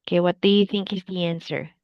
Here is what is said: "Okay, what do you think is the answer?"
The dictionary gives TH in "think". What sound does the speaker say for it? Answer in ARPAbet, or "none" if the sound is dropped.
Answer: TH